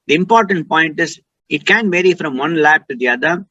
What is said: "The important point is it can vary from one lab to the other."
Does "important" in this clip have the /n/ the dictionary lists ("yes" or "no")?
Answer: yes